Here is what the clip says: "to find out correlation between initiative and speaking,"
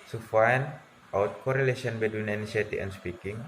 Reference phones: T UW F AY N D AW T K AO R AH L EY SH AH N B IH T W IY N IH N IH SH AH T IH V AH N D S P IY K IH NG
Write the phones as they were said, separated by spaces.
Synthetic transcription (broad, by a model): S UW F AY N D AW T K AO R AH L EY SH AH N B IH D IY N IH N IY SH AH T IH AH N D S P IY K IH NG